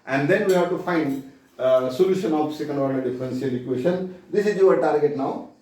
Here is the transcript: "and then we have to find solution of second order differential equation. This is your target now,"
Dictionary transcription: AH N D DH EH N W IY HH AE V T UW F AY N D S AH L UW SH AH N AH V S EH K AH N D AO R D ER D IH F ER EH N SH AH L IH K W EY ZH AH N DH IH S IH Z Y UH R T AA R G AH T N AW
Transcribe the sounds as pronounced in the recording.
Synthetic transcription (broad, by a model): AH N D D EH N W IY HH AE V T UW F AY N D S AH L UW SH AH N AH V S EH K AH N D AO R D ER D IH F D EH N S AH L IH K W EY SH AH N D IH S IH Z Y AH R T AA R G AH T N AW